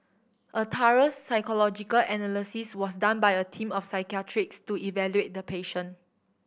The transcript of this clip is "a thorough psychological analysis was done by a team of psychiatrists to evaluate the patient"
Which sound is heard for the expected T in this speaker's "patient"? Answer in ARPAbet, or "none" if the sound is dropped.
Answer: none